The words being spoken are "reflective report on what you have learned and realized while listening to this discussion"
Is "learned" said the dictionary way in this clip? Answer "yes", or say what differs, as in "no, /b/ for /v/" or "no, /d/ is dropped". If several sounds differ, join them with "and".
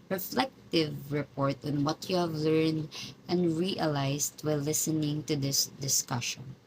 yes